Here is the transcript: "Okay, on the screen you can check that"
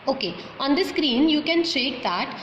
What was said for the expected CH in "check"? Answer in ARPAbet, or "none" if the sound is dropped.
SH